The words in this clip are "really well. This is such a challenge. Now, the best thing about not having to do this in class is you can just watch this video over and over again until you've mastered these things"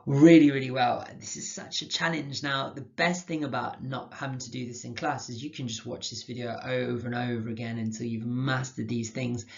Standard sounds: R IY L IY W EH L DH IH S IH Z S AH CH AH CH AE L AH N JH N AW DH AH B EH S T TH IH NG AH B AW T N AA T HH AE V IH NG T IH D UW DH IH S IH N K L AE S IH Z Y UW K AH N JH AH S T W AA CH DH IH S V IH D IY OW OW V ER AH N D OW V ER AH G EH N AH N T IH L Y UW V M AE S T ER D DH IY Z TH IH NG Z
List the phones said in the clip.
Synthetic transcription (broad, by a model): R IY L IY W EH L DH IH S IH Z S AH CH AH CH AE L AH N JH N AW DH AH B EH S T TH IH NG AH B AW T N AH T HH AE V IH NG T IH D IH DH IH S IH N K L AE S IH Z Y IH K AH N JH AH S T W AA CH DH IH S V IH D IY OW OW V ER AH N OW V ER AH G EH N AH N T IH L Y UW V M AE S T ER D DH IY Z TH IH NG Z